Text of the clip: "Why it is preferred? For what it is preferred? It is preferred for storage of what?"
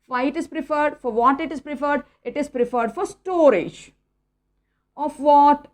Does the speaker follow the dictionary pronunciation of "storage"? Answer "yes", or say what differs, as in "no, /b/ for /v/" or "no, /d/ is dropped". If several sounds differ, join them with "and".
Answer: yes